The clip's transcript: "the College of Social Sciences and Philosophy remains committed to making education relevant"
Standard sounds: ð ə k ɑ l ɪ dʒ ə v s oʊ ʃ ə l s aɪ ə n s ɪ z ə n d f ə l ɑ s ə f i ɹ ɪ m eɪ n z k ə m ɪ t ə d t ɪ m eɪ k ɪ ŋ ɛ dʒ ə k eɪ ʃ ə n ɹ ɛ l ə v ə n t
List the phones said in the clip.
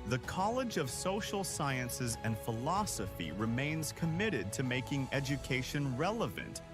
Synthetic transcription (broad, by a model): ð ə k ɑ l ɪ dʒ ə v s oʊ ʃ l s aɪ ə n s ɪ z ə n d f ə l ɑ s ə f i ɹ ɪ m eɪ n z k ə m ɪ t ə d t ɪ m eɪ k ɪ ŋ ɛ dʒ ə k eɪ ʃ ə n ɹ ɛ l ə v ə n t